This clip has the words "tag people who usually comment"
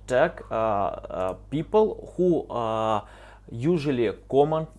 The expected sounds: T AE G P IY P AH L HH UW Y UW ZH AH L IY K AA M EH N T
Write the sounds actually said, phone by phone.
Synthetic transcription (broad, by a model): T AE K P IY P AH L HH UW Y UW ZH AH L IY K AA M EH N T